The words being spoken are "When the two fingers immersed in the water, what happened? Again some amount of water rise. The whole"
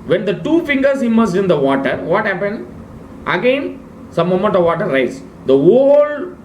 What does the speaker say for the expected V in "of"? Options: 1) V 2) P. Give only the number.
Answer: 1